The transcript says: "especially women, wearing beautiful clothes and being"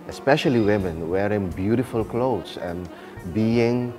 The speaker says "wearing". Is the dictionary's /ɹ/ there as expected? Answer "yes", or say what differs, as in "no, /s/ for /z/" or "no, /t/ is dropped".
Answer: yes